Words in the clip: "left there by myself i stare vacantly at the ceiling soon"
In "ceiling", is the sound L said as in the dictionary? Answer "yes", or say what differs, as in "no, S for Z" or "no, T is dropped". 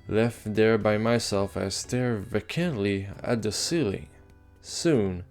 yes